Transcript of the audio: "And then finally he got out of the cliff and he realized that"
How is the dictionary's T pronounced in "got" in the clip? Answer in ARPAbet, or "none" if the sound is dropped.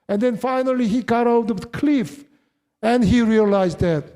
T